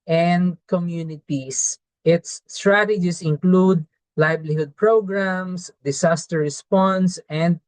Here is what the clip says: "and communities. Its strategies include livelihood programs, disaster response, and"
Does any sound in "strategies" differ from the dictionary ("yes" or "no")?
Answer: yes